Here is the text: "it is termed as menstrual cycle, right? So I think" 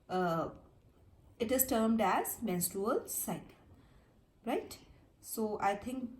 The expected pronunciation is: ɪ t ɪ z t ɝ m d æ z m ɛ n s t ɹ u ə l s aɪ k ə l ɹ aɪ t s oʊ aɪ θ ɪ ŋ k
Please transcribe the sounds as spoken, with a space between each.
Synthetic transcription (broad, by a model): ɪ t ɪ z t ɝ m d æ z m ɛ n s t ɹ u ə l s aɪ ə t ɹ aɪ t s oʊ aɪ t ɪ ŋ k